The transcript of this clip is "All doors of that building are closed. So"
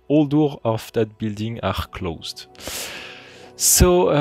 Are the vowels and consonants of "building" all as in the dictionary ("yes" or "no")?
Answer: yes